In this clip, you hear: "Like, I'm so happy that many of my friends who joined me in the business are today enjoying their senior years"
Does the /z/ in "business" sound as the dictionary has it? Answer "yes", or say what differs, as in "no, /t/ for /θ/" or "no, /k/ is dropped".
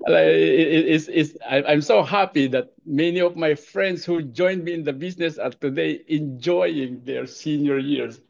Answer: no, /s/ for /z/